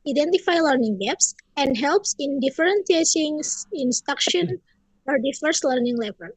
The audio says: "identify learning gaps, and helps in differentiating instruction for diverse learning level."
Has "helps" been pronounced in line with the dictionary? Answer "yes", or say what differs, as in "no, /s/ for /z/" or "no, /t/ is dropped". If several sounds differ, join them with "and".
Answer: yes